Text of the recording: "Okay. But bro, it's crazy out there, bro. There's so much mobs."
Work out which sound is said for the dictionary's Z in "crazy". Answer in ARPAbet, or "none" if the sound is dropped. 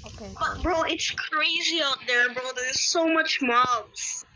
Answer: Z